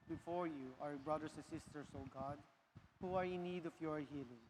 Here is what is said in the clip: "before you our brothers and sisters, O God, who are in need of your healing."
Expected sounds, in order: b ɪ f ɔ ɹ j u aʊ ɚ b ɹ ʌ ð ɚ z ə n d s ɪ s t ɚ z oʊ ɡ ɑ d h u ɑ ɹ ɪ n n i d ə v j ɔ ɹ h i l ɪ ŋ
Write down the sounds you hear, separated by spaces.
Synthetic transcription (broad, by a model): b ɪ f ɔ ɹ j u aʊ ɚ b ɹ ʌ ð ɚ s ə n s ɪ s t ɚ s oʊ ɡ ɑ d h u ɑ ɹ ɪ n n i d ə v j ɔ ɹ h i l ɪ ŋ